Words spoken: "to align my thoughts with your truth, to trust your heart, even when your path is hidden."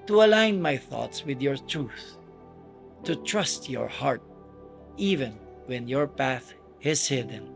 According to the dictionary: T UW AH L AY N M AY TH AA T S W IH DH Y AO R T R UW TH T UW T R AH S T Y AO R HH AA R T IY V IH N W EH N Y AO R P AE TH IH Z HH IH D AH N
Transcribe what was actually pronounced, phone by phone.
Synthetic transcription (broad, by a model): T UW AH L AY N M AY TH AA T S W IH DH Y AO R T R UW TH T UW T R AH S T Y AO R HH AA R T IY V IH N W EH N Y AO R P AE TH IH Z HH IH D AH N